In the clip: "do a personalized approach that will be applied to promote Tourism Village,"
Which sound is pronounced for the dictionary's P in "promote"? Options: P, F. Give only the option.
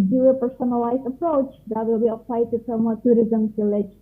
F